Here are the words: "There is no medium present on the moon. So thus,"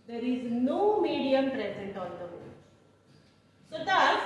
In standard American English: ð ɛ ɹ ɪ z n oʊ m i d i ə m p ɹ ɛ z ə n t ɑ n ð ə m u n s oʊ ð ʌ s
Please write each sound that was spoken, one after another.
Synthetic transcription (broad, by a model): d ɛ ɹ ɪ z n oʊ m i d i ə m p ɹ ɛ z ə n t ɑ n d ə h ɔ l s oʊ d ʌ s